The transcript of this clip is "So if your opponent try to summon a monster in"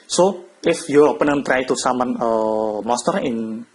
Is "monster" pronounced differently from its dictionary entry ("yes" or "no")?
yes